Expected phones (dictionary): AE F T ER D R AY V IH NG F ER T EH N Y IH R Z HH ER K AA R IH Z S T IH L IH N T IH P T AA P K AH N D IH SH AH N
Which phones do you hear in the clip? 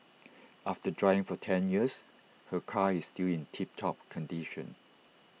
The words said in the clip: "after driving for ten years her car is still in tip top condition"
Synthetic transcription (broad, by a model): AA F T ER D R AY IH NG F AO T EH N Y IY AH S HH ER K AA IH S T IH L IH N T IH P T AA P K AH N D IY SH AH N